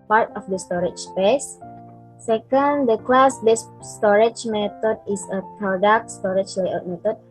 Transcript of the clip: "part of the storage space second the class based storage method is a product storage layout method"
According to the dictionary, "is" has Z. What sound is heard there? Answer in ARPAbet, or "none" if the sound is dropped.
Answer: S